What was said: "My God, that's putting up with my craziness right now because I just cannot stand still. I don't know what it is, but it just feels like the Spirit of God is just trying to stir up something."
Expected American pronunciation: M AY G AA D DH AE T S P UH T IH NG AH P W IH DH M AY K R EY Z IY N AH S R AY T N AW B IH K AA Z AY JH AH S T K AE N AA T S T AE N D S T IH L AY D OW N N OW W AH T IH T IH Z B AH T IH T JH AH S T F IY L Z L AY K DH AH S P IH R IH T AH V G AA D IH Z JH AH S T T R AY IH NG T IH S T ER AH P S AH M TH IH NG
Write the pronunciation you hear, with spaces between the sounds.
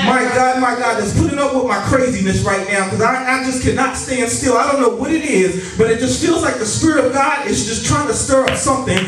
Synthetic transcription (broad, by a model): M AY G AA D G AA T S P UH T IH NG AH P W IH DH M AY K R EY Z IY N AH S R AY T N AW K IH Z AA AY JH AH S K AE N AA T S T AE N D S T IH L AY D OW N N OW W AH T IH T IH Z B AH T IH T JH AH S T F IY L Z L AY K DH AH S P IH R IH T AH V G AA D IH Z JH AH S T T R AY IH NG T IH S T ER AH P S AH M TH IH NG